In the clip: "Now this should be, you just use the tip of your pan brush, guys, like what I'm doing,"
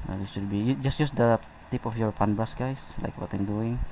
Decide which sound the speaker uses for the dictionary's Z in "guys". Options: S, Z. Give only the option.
S